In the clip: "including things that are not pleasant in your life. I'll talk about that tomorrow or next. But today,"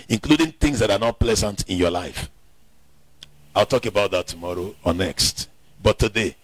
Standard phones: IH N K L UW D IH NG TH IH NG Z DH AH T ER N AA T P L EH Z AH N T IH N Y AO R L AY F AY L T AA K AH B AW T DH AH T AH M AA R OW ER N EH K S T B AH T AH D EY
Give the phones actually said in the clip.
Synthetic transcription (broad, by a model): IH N K L UW D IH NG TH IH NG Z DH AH T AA N AA T P L EH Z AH N T IH N Y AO L AY F AY L T AA K AH B AW T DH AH T AH M AA R OW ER N EH K S T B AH T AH D EY